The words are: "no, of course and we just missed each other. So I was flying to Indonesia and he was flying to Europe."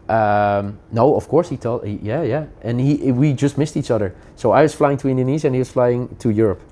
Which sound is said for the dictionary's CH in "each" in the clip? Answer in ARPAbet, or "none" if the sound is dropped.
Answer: CH